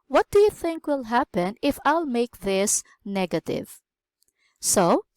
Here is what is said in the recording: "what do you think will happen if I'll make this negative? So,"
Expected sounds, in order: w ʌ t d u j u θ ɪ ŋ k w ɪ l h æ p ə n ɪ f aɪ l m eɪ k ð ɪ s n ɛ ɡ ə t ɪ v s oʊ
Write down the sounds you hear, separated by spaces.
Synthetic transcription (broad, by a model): w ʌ t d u j u θ ɪ ŋ k w ɪ l h æ p ə n ɪ f aɪ l m eɪ k ð ɪ s n ɛ ɡ ə t ɪ v s oʊ